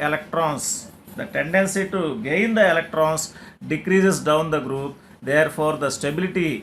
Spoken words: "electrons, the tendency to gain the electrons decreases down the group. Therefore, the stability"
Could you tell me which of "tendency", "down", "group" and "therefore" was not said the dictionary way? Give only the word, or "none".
therefore